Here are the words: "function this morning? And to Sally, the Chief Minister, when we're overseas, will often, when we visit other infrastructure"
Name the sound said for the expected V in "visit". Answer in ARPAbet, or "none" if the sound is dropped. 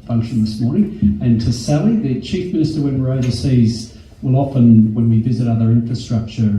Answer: V